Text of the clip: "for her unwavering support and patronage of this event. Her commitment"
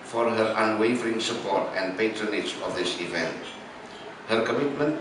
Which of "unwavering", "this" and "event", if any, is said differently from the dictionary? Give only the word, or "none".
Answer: none